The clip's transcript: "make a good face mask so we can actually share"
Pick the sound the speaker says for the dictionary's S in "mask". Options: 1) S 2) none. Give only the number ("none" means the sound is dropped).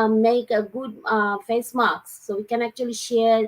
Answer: 2